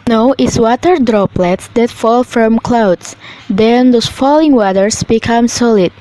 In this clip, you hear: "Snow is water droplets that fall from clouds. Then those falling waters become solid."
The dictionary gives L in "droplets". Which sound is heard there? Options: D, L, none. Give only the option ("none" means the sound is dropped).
L